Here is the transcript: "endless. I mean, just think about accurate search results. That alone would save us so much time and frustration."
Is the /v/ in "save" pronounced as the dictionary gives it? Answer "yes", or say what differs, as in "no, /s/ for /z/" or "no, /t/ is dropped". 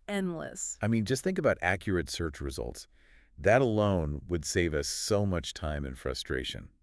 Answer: yes